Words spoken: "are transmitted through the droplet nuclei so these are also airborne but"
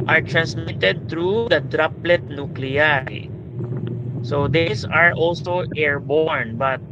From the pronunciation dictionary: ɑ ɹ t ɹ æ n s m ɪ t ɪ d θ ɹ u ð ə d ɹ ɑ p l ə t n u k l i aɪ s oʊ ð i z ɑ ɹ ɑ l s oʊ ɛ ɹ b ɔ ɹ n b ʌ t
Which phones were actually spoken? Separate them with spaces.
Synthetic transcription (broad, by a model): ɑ ɹ t ɹ æ n s m ɪ t ɪ d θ ɹ u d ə d ɹ ɑ p l ə t n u k l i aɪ s oʊ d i s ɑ ɹ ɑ l s oʊ ɛ ɹ b ɔ ɹ n b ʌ t